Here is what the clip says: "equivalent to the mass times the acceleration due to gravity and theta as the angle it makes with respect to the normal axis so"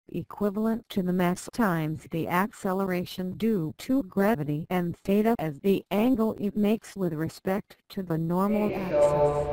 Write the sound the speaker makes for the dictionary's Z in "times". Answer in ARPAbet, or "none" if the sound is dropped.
Z